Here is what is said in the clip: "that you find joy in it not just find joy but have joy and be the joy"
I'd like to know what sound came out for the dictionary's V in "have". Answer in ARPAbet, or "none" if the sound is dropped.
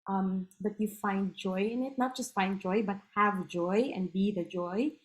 V